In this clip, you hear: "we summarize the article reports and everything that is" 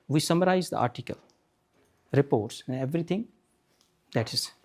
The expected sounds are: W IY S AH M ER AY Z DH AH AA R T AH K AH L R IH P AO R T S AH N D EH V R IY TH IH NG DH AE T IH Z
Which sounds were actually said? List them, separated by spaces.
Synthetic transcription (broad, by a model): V IY S AH M ER AY Z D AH AA R T AH K AH L R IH P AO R T S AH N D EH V R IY T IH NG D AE T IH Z